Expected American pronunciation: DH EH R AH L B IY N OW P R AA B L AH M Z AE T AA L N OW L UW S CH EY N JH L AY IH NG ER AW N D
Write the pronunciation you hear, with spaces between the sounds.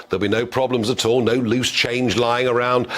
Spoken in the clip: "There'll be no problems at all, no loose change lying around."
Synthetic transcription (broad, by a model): DH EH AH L B IY N OW P R AA B L AH M Z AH T AA L N OW L UW S CH EY N JH L AY IH NG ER AW N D